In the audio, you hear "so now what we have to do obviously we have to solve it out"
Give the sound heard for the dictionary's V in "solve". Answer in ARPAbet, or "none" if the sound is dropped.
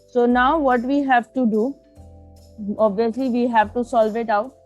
V